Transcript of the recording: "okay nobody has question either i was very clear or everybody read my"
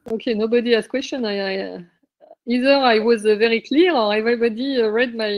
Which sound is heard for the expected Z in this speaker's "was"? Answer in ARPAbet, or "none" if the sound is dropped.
Z